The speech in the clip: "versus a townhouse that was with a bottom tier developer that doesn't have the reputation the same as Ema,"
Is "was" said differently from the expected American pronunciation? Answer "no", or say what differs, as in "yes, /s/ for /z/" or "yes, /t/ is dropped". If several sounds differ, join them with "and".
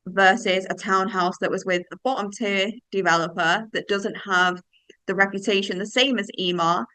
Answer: no